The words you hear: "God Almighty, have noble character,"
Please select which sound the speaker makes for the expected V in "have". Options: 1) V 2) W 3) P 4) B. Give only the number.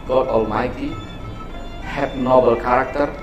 3